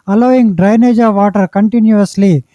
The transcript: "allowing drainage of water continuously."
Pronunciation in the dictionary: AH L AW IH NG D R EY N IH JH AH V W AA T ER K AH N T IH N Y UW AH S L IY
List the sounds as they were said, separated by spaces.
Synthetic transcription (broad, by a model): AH L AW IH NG D R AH N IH JH AH V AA T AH K AH N T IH N Y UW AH S L IY